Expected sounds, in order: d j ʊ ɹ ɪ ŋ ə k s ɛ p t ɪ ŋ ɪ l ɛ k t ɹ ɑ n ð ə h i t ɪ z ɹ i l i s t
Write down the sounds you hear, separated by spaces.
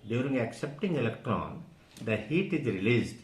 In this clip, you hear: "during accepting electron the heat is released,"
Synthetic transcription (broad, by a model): d j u ɹ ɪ ŋ ə k s ɛ p t ɪ ŋ ɪ l ɛ k t ɹ ɑ n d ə h i t ɪ z ɹ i l i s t